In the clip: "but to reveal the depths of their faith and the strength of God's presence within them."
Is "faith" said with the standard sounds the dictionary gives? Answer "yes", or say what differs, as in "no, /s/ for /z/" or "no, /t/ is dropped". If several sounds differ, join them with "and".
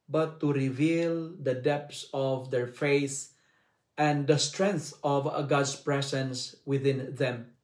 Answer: no, /s/ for /θ/